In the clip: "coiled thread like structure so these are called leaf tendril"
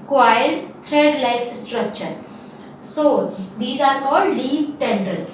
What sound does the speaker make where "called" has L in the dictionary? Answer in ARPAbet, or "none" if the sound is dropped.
none